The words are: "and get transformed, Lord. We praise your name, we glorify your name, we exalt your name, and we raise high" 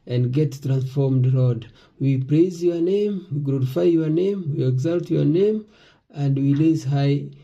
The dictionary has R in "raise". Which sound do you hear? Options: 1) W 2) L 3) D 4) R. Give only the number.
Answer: 2